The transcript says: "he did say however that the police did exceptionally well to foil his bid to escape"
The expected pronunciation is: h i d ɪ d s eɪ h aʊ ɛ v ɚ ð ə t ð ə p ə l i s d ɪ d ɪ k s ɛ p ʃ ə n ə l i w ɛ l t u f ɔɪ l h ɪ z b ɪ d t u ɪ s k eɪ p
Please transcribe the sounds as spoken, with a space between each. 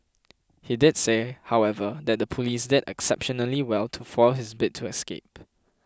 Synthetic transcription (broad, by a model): h i d ɪ d s eɪ h aʊ ɛ v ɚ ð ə t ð ə p ə l i s d ɪ d ɪ k s ɛ p ʃ ə n ə l i w ɛ l t u f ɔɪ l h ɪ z b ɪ t u ɪ s k eɪ p